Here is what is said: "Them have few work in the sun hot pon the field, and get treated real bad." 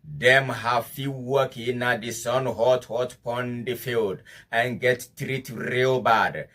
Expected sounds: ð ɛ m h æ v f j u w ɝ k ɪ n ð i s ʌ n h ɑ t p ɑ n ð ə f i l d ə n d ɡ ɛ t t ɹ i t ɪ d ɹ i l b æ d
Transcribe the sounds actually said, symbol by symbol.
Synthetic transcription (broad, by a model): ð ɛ m h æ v f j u w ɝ k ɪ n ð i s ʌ n h ɑ t p ɑ n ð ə f i l d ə n ɡ ɛ t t ɹ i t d ɹ i l b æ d